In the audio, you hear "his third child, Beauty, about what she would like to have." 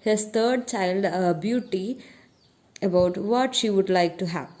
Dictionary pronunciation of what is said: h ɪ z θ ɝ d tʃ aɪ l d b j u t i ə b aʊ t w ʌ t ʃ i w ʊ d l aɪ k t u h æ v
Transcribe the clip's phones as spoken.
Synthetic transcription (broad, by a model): h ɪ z t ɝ d tʃ aɪ l d b j u t i ə b aʊ t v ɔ t ʃ i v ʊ d l aɪ k t u h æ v